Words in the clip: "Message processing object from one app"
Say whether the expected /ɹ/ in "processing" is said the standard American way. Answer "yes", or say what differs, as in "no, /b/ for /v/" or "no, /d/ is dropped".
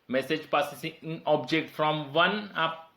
no, /ɹ/ is dropped